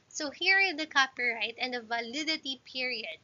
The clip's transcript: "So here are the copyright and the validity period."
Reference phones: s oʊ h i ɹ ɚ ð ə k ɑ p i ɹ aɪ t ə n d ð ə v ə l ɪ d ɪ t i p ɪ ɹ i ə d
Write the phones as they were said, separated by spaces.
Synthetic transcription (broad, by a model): s oʊ h i ɹ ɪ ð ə k ɑ p i ɹ aɪ t ə n d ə v ə l ɪ d ɪ t i p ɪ ɹ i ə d